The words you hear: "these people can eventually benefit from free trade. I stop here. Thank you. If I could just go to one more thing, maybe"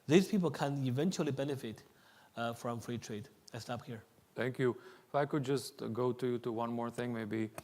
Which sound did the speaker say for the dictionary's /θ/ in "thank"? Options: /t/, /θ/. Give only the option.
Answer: /t/